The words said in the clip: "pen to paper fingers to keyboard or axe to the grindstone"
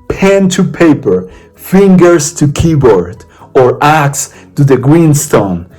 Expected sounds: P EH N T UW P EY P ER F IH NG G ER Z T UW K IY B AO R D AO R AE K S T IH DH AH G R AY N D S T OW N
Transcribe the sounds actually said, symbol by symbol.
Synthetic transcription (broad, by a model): P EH N T UW P EY P ER F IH NG G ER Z T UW K IY B AO R D AO R AE K S T IH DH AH G R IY N S T OW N